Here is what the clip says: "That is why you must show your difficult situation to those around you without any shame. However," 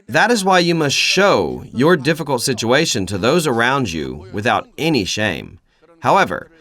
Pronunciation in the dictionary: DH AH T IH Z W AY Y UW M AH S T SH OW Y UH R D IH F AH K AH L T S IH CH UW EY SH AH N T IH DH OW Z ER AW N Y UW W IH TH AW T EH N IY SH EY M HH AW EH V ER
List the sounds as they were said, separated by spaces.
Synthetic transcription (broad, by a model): DH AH T IH Z W AY Y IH M AH S T SH OW Y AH R D IH F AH K L T S IH CH UW EY SH AH N T IH DH OW Z ER AW N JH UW W IH TH AW T EH N IY SH EY M HH AW EH V ER